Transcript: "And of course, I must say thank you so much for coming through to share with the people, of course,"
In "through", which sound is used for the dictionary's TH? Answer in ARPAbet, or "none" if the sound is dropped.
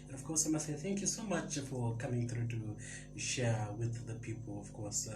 TH